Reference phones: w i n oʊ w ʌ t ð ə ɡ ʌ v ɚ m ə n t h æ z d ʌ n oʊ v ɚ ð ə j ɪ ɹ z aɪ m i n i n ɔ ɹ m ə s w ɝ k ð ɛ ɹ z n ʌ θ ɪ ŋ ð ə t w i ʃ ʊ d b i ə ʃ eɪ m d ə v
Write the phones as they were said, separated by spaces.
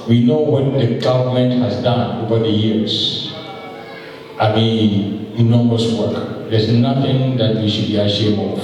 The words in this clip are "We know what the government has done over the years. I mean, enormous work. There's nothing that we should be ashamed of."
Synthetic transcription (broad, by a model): w i n oʊ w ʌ t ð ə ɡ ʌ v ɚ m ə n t h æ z d ʌ n oʊ v ɚ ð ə j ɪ ɹ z aɪ m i n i n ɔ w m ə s w ɝ k ð ɛ ɹ z n ʌ θ ɪ ŋ ð ə t w i ʃ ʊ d b i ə ʃ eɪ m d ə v